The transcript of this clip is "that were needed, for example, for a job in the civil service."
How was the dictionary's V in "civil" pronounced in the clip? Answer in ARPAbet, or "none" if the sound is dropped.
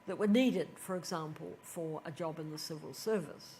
V